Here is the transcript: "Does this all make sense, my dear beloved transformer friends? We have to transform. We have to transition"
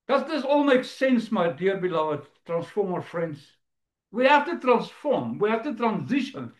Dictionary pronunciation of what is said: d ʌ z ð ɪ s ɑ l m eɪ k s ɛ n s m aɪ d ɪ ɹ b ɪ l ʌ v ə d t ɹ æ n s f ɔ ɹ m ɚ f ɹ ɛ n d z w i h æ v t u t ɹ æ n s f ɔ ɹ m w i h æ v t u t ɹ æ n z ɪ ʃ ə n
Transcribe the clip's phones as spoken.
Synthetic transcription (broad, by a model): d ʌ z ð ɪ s ɑ l m eɪ k s ɛ n s m aɪ d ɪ ɹ b ɪ l ʌ v ə d t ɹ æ n s f ɔ ɹ m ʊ f ɹ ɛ n d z w i h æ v t u t ɹ æ n s f ɔ ɹ m w i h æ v t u t ɹ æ n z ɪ ʃ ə n